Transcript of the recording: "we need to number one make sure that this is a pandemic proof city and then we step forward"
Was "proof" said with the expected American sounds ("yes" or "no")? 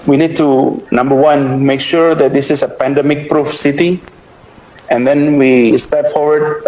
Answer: yes